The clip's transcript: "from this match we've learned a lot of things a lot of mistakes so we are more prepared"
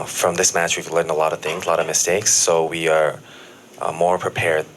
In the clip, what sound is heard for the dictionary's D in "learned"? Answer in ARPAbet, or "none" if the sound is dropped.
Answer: none